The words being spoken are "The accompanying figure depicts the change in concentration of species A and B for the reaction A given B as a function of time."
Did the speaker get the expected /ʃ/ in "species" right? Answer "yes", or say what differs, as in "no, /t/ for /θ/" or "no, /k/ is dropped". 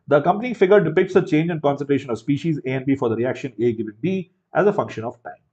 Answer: yes